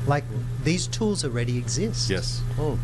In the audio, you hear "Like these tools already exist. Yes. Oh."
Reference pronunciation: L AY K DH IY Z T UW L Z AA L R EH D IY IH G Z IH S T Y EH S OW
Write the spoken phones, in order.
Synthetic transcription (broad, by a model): L AY K DH IY Z T UW L Z AA L R EH D IY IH G Z IH S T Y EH S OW